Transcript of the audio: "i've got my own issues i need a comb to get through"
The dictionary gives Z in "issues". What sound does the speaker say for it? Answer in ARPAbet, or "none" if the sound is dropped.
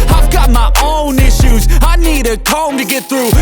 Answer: Z